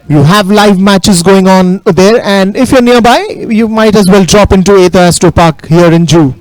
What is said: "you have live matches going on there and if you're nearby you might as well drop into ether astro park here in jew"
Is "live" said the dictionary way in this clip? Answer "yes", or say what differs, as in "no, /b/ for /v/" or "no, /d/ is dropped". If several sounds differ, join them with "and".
yes